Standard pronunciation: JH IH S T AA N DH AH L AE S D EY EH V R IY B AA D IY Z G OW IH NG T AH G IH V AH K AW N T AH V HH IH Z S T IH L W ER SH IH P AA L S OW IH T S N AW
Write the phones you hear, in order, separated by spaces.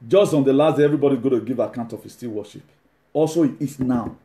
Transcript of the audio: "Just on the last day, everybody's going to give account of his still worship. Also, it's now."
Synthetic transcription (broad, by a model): JH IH S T AA N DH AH L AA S D EY EH V R IY B AA D IY G OW T AH G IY V AH K AW N T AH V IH S T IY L W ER SH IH P AA L S OW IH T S N AW